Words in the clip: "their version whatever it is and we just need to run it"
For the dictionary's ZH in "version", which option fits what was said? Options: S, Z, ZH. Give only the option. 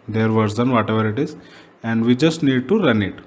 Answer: Z